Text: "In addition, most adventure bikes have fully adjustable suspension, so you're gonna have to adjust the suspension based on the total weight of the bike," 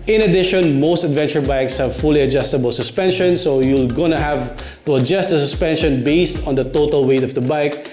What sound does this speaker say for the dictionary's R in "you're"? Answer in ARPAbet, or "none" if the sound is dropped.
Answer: L